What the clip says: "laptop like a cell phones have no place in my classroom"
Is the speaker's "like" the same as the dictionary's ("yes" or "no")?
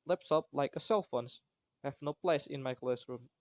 yes